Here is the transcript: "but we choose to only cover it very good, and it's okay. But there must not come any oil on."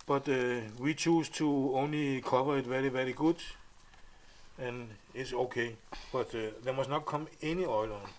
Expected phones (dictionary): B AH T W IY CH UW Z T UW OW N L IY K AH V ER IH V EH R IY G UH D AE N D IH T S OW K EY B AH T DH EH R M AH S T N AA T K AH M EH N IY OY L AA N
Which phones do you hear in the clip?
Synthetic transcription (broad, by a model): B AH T W IY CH UW S T UW OW N L IY K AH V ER IH V EH R IY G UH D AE N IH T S OW K EY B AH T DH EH M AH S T N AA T K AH M EH N IY OY L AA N